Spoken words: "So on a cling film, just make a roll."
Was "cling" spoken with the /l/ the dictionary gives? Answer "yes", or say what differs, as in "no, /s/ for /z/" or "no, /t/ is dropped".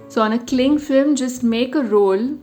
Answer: yes